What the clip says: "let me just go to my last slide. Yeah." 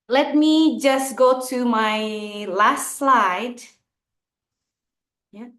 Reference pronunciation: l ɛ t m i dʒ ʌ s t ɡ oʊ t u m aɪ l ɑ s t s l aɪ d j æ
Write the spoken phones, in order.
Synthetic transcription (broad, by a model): l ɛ t m i dʒ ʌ s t ɡ oʊ t u m aɪ l ɑ s t s l aɪ d j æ